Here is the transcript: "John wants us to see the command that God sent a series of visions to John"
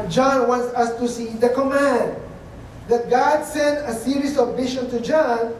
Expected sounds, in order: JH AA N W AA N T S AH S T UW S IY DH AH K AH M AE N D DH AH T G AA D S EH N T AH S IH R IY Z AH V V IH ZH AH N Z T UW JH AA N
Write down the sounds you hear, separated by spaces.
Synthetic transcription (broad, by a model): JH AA N W AA N T S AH S T UW S IY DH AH K AH M AE N D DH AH T G AA D S EH N T AH S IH R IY S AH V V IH SH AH N T UW JH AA N